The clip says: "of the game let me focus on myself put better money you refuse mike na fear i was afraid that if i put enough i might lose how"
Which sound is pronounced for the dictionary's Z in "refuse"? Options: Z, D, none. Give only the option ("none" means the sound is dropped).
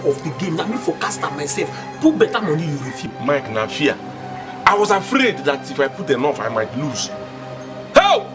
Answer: none